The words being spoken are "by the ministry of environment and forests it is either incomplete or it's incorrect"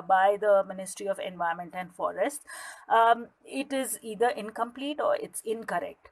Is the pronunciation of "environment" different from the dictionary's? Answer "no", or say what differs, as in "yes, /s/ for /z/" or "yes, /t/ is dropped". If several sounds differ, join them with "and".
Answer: yes, /ɹ/ is dropped